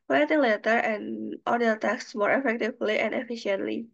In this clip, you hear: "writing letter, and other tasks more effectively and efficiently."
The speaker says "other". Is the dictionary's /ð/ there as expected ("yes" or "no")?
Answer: no